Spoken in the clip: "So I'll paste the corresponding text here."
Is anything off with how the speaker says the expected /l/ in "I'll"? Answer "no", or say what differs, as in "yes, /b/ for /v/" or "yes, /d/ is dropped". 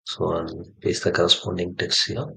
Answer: yes, /n/ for /l/